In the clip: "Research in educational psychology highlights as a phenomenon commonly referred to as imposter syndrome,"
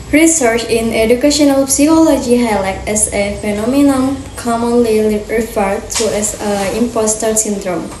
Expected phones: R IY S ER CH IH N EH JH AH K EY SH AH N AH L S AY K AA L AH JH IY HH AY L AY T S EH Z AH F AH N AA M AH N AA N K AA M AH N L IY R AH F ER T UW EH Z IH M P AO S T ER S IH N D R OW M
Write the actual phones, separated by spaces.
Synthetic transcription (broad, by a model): R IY S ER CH IH N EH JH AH K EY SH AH N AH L S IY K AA L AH JH IY HH AY L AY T EH S AH F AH N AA M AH N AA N K AA M AH N L IY R AH F ER T UW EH S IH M P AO S T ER S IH N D R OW M